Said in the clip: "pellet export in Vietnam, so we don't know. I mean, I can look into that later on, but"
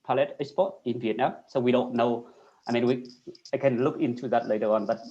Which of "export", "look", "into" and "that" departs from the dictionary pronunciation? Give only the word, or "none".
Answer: export